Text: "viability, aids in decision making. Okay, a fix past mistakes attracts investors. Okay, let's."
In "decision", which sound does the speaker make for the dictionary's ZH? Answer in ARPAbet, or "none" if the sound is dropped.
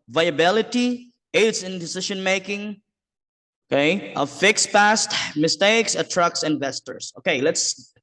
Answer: SH